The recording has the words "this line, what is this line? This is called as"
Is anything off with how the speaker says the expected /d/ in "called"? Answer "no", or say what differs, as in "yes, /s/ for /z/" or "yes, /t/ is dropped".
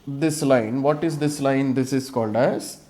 no